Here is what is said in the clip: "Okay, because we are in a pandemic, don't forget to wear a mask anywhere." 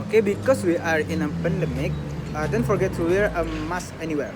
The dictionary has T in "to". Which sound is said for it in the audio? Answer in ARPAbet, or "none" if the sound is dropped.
S